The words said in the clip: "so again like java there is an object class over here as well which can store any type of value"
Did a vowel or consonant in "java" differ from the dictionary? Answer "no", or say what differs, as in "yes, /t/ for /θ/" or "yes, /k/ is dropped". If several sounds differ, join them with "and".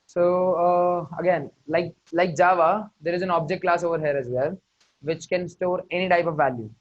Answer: no